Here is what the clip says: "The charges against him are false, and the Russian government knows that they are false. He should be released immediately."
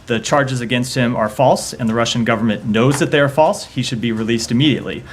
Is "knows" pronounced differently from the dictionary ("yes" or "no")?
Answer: no